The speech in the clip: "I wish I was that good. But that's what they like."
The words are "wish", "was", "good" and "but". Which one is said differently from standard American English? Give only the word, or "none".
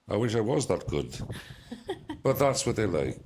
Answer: none